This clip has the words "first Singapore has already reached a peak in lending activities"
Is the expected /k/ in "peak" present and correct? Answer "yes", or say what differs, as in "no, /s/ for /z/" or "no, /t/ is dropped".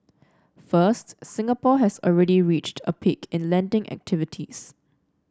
yes